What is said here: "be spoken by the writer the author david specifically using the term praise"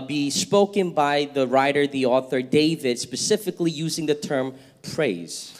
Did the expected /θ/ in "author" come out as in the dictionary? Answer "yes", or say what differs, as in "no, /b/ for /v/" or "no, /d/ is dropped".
yes